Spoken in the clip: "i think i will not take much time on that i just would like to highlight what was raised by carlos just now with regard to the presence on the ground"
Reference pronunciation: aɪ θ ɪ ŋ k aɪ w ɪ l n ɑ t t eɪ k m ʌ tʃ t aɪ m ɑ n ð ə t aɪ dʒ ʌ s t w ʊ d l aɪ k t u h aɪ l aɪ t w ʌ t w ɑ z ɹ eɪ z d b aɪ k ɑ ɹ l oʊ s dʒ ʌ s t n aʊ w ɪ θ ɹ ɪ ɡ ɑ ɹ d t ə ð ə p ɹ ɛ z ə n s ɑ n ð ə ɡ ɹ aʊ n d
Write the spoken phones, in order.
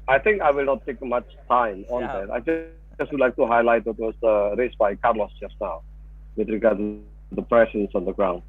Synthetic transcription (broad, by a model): aɪ t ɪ ŋ k aɪ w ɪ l n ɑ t t eɪ k m ʌ tʃ t aɪ m ɑ n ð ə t aɪ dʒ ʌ s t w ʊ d l aɪ k t u h aɪ l aɪ t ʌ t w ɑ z ɹ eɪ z b aɪ k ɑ ɹ l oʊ s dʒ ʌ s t n aʊ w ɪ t ɹ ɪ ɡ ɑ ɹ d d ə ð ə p ɹ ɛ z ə n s ɑ n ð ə ɡ ɹ aʊ n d